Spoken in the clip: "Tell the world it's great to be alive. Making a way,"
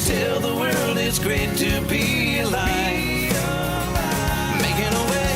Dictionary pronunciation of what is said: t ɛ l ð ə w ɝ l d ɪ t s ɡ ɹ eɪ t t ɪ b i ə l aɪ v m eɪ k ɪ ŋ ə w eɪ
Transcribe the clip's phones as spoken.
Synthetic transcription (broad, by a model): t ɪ l ð ə w ɝ l d ɪ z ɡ ɹ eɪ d t ɪ b i l aɪ m eɪ k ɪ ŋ ə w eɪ